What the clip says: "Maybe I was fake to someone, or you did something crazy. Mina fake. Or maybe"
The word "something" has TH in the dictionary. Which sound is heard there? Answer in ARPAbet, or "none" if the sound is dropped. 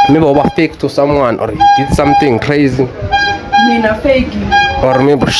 T